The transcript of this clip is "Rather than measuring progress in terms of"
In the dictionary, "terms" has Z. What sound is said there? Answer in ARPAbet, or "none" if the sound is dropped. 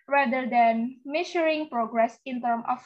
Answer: none